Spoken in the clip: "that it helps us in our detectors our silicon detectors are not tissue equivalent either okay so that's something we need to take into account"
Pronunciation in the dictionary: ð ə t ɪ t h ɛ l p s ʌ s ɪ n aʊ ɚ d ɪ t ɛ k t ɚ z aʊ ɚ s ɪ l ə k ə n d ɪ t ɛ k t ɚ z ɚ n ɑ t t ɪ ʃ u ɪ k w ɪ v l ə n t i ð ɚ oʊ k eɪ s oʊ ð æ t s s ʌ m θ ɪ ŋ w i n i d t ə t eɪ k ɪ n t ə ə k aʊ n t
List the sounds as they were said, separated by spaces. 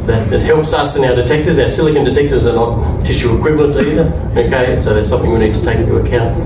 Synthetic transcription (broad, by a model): ð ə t ɪ t h ɛ l p s ʌ s ɪ n aʊ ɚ d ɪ t ɛ k t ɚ z aʊ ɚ s ɪ l ə k ə n d ɪ t ɛ k t ɚ z ɚ n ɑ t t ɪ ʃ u ɪ k w ɪ v l ə n t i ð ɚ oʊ k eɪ s oʊ ð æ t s s ʌ m θ ɪ ŋ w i n i d t ə t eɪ ɪ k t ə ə k aʊ n t